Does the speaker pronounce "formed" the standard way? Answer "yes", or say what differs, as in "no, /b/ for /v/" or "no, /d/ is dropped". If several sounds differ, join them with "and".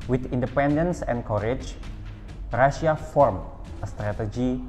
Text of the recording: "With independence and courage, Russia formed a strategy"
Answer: no, /d/ is dropped